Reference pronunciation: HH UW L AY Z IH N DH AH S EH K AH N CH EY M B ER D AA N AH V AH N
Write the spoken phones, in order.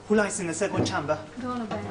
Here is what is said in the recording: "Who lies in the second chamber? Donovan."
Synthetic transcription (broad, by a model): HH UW L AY S IH N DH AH S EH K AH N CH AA M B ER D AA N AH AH